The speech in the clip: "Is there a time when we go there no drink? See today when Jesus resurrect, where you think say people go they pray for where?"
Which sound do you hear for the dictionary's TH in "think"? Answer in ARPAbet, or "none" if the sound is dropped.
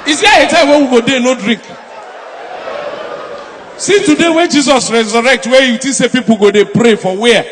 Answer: T